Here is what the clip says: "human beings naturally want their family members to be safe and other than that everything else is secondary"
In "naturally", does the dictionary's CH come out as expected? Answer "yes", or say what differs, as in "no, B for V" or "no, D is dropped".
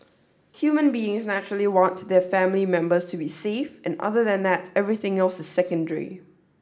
yes